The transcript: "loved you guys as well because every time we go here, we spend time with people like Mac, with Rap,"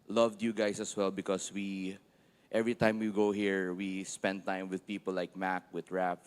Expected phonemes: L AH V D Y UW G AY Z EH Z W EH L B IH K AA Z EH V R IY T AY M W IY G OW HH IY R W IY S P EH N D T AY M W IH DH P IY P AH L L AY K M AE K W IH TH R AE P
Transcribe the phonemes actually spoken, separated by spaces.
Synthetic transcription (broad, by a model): L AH V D Y UW G AY S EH S W EH L B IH K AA S EH V R IY T AY M W IY G OW HH IY R W IY S P EH N D T AY M W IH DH P IY P AH L L AY K M AE K W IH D R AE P